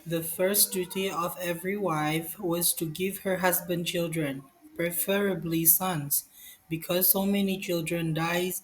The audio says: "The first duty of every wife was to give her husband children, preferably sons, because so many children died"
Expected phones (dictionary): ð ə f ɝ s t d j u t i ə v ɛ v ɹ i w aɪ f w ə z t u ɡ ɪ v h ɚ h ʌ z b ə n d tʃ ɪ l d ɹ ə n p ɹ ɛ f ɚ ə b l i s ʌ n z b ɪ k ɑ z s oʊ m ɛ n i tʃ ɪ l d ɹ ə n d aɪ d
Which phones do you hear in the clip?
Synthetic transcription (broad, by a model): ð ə f ɝ s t d j u t i ə v ɛ v ɹ i w aɪ f w ə z t u ɡ ɪ v h ɚ h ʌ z b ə n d tʃ ɪ l d ɹ ə n p ɹ ɛ f ɚ ə b l i s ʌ n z b ɪ k ɑ z s oʊ m ɛ n i tʃ ɪ l d ɹ ə n d aɪ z